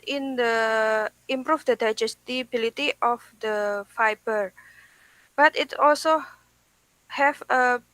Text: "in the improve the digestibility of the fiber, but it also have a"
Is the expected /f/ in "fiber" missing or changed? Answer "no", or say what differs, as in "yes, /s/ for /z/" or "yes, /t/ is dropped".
no